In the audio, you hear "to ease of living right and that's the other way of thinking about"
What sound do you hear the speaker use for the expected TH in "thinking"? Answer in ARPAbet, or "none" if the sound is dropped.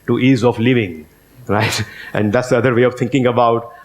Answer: T